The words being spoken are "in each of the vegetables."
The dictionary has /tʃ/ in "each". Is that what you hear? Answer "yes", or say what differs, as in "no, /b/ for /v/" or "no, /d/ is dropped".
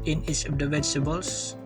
no, /s/ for /tʃ/